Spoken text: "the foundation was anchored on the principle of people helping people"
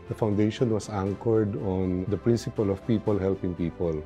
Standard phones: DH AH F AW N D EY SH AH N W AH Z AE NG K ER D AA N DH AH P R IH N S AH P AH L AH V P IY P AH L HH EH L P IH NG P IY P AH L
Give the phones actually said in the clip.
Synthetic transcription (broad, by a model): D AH F AW N D EY SH AH N W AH S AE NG K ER D AA N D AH P R IH N S AH P AH L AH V P IY P AH L HH EH L P IH NG P IY P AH L